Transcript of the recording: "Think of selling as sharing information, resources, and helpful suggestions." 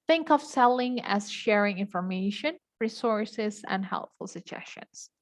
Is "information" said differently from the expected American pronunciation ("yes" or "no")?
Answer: no